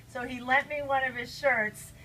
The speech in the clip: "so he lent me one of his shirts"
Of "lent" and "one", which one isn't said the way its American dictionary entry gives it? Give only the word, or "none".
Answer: lent